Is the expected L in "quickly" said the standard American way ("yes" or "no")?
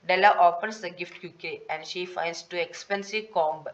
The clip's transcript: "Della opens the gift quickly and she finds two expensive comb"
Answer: no